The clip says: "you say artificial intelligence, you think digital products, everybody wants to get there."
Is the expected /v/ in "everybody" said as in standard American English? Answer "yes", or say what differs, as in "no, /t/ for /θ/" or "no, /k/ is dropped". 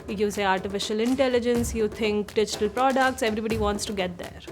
yes